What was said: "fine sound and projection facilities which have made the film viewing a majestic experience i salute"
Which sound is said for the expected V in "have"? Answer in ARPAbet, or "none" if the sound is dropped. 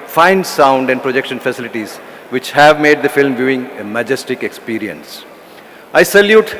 V